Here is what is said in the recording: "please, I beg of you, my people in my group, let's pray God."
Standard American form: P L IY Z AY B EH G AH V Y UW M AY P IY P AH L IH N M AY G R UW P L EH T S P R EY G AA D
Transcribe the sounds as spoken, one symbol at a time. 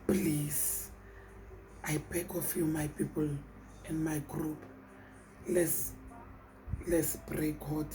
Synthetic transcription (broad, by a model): P L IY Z AY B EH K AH F Y UW M AY P IY P AH L IH N M AY G R UW P L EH S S B R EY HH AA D